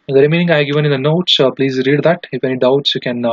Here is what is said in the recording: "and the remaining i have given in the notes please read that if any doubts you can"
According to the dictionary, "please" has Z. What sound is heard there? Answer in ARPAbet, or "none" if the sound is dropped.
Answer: Z